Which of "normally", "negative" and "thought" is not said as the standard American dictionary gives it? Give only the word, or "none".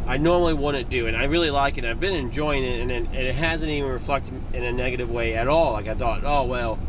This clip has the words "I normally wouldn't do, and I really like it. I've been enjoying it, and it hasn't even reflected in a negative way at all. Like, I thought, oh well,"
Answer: none